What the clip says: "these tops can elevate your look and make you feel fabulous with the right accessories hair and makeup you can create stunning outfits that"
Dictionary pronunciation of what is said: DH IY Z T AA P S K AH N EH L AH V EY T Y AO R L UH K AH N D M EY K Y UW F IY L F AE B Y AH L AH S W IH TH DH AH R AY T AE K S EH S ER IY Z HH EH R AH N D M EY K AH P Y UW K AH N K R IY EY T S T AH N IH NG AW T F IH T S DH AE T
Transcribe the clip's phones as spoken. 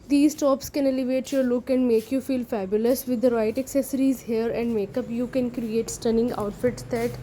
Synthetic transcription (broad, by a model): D IY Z T AA P S K AH N EH L AH V EY T Y AO R L UH K AH N D M EY K Y UW F IY L F AE B Y AH L AH S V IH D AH R AY T AE K S EH S ER IY Z HH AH R AH N D M EY K AH P Y UW K AH N K R IY EY T S T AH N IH NG AW T F IH T S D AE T